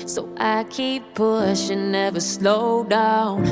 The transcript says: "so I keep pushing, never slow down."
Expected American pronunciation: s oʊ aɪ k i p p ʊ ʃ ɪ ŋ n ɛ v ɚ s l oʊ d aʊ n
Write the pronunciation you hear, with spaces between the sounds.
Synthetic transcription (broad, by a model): s oʊ aɪ k i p p ʊ ʃ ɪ n ɛ v ɚ s l oʊ d aʊ n